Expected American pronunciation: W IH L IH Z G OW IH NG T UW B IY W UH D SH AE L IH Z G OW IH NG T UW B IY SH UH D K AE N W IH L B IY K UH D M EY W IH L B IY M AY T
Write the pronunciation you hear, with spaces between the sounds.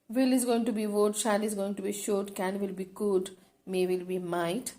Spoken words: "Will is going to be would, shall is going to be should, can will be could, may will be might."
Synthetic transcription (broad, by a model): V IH L IH Z G OW IH NG T UW B IY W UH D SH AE N IH Z G OW IH NG T UW B IY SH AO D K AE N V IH L B IY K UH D M EY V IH L B IY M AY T